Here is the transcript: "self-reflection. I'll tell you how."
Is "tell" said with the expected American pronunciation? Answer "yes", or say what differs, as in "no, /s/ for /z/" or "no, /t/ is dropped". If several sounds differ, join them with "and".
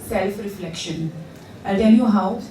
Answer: no, /n/ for /l/